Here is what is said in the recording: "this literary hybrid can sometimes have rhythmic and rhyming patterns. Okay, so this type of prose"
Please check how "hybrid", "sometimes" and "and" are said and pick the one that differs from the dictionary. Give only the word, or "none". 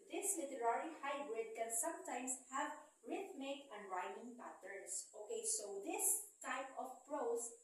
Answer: sometimes